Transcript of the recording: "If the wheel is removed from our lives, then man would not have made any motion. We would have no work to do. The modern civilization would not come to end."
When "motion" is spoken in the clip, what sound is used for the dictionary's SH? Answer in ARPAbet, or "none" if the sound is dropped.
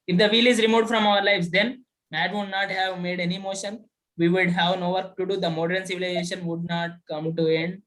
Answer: SH